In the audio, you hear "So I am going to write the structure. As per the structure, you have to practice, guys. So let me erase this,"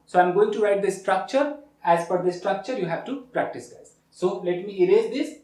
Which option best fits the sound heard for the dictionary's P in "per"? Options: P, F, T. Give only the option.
F